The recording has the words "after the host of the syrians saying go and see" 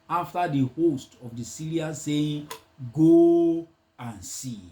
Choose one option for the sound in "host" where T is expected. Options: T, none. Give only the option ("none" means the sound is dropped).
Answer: T